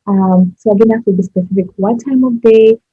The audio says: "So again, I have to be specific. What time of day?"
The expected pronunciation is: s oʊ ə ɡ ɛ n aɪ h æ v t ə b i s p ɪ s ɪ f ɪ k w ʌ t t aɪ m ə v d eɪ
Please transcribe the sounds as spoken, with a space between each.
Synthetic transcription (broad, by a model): s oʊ ə ɡ ɛ n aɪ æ f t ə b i s p ɪ s ɪ f ɪ k w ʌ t t aɪ m ə v d eɪ